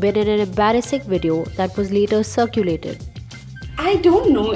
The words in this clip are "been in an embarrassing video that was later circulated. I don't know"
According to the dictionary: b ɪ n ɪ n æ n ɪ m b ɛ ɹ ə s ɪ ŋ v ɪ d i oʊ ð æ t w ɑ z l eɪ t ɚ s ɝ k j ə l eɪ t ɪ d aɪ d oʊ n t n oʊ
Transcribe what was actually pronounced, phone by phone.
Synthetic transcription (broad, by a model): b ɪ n ɪ n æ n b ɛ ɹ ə s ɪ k v ɪ d i oʊ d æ t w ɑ z l eɪ t ɚ s ɝ k j ə l eɪ t ɪ d aɪ d oʊ n t n oʊ